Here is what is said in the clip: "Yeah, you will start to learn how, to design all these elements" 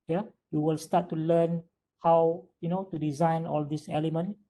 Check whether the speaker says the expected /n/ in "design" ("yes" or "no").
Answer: yes